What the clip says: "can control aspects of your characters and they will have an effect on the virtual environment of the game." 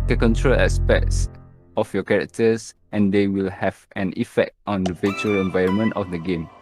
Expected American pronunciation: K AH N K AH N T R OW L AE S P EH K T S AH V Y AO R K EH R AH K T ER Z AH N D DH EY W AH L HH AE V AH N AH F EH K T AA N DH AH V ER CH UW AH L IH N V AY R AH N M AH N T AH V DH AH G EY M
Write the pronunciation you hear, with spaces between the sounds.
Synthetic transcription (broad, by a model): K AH K AH N T R OW L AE S P EH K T S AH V Y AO K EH R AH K T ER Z AH N D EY W AH L HH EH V AH N AH F EH K T AA N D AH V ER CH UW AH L IH N V AY R AH N M AH N T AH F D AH G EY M